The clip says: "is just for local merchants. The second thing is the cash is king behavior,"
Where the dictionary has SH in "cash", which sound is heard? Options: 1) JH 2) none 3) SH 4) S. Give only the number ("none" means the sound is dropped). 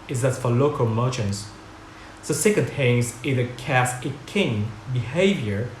4